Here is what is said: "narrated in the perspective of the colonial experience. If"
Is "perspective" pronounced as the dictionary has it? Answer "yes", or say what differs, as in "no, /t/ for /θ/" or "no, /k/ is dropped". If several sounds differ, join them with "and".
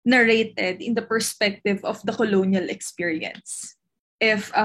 yes